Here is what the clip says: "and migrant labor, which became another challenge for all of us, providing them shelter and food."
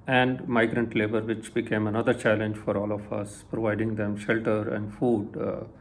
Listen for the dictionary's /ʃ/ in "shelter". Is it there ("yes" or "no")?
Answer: yes